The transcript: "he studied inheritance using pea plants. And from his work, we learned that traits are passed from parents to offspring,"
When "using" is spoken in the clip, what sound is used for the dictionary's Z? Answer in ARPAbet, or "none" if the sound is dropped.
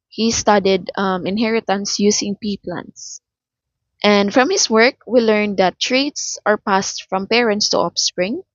S